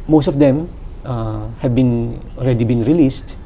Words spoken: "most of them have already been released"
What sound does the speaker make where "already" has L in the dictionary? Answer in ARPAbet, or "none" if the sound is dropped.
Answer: N